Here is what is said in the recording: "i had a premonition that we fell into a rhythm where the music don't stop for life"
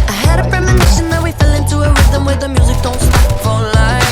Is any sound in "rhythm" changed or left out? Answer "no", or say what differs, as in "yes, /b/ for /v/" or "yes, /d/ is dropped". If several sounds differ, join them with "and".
yes, /w/ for /ɹ/